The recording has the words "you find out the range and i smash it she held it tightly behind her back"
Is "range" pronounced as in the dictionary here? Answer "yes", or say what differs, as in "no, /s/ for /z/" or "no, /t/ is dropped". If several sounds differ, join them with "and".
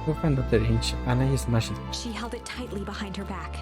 no, /tʃ/ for /dʒ/